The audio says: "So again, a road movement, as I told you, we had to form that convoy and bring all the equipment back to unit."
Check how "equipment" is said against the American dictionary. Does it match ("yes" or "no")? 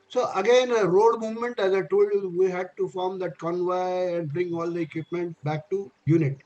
yes